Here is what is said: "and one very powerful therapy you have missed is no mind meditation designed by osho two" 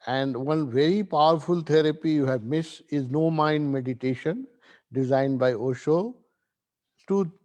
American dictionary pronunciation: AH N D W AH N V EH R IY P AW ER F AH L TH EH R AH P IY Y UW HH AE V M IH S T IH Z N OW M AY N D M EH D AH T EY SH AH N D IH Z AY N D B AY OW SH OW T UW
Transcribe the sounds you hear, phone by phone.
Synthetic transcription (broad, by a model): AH N D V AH N V EH R IY P AW ER F AH L T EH R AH P IY Y UW HH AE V M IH S IH Z N OW M AY N D M EH D AH T EY SH AH N D IH Z AY N D B AY OW SH OW T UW